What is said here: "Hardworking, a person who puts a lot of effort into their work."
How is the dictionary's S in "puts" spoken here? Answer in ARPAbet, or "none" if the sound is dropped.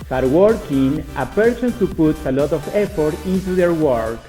none